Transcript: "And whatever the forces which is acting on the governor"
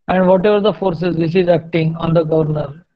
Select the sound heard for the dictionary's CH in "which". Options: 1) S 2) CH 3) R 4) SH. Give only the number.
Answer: 1